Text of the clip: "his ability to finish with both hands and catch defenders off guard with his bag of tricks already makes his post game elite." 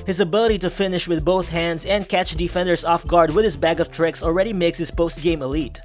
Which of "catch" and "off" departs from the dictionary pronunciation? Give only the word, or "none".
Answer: none